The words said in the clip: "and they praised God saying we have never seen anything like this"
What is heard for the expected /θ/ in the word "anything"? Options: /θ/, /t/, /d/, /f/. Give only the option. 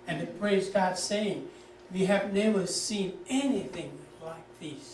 /θ/